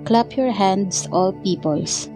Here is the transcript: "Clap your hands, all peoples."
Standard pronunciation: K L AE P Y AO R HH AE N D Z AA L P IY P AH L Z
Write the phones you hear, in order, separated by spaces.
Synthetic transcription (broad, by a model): K L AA P Y AO R HH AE N D S AA L P IY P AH L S